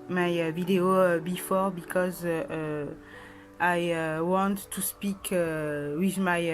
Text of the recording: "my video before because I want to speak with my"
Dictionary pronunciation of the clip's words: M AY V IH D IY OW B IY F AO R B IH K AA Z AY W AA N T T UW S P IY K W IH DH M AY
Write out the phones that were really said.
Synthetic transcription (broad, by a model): M AY V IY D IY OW B IY F AO R B IH K AA Z AY W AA N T T UW S P IY K W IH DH M AY